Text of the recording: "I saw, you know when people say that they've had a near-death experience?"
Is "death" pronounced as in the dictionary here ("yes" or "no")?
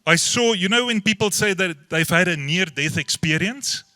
yes